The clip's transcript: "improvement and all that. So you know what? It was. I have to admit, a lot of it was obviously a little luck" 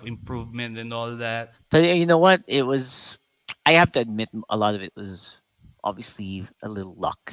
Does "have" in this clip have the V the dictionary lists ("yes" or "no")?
no